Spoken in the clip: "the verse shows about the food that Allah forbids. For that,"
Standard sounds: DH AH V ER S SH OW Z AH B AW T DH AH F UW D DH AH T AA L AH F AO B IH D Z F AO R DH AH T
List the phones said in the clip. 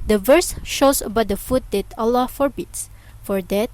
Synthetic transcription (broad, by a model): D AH V ER S SH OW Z AH B AW T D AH F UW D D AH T AA L AH F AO B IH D S F AO R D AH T